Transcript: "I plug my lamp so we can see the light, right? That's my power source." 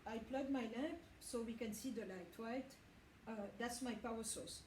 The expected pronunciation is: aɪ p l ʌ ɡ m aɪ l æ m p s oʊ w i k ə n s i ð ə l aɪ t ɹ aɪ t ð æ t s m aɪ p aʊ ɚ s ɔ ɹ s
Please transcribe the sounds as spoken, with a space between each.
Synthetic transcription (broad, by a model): aɪ p l ʌ ɡ m aɪ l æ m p s oʊ w i k ə n s i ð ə l aɪ t w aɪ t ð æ t s m aɪ p aʊ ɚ s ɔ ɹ s